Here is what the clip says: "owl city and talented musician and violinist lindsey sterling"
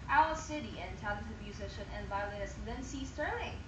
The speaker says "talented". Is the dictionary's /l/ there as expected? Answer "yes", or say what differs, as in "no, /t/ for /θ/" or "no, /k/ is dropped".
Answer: no, /l/ is dropped